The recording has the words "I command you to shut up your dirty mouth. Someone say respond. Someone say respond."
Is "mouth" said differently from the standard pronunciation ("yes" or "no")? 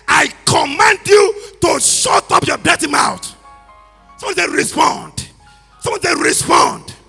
yes